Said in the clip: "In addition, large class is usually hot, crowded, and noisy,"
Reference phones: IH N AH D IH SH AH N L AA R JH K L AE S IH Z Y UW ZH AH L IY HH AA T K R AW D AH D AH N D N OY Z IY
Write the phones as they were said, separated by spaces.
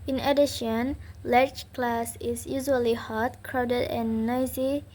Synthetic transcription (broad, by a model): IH N AH D IH SH AH N L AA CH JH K L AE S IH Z Y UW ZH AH L IY HH AA T K R AW D AH D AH N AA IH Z IY